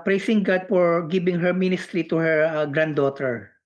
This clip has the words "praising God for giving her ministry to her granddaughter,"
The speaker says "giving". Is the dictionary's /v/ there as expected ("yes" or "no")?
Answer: no